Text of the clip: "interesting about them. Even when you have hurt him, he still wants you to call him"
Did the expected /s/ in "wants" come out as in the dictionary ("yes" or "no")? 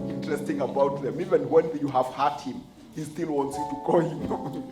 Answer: yes